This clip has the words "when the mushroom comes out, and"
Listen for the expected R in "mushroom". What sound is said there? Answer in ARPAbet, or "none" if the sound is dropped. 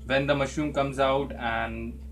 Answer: none